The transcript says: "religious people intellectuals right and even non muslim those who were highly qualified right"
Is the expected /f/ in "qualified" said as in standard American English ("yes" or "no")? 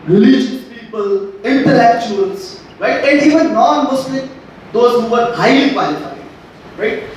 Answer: no